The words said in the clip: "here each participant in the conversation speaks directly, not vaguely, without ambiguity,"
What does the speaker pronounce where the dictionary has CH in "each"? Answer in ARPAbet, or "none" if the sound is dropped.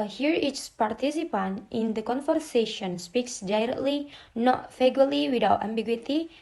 S